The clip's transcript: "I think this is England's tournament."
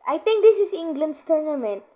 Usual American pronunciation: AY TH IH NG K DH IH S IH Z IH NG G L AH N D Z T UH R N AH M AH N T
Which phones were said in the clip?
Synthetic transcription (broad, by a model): AY T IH NG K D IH S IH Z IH NG G L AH N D S T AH R N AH M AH N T